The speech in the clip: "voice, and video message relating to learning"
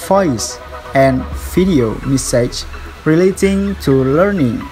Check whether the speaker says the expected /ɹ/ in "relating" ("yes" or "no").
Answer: yes